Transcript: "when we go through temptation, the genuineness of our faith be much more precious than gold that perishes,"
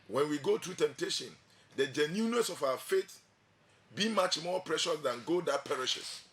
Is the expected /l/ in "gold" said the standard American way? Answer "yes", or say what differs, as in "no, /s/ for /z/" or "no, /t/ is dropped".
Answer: no, /l/ is dropped